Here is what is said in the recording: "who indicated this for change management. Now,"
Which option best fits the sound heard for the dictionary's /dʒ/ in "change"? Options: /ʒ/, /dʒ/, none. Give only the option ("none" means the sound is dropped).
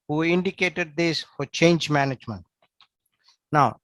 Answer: /dʒ/